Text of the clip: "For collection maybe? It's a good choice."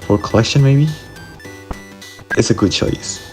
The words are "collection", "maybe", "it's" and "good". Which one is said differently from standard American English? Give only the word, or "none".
none